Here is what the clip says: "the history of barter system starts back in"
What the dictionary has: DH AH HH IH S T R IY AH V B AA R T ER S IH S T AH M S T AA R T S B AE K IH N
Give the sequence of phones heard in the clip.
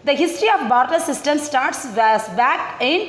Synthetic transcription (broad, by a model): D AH HH IH S T R IY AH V B AA R T ER S IH S T AH M S T AA R T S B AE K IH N